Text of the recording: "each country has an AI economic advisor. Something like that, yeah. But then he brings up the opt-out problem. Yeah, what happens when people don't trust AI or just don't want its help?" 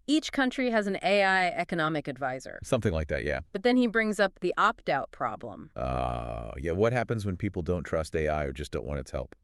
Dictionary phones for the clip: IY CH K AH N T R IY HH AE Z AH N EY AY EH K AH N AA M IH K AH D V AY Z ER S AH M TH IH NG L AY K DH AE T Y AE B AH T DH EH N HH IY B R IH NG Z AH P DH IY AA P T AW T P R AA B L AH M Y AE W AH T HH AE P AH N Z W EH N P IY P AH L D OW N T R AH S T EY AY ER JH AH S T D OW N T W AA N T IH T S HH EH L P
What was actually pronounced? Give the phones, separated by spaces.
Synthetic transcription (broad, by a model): IY CH K AH N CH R IY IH Z N EY AY EH K AH N AA M IH K AH D V AY Z ER S AH M TH IH NG L AY K DH AE T Y AE B AH T DH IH N IY B R IH NG Z AH P DH IY AA P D AW T P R AA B L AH M Y AE W AH T HH AE P AH N Z W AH N P IY P L D OW N T R AH S T EY AY ER JH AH S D OW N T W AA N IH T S HH EH L P